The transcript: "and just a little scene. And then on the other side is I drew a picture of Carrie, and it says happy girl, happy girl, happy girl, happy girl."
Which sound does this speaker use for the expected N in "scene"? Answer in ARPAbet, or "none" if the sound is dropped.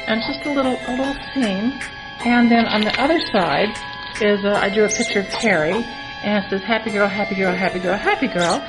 N